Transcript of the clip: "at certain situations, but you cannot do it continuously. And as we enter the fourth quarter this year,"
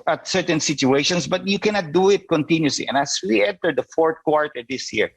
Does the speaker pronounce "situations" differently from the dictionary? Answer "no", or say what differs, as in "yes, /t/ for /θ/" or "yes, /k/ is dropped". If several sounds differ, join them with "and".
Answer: yes, /s/ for /z/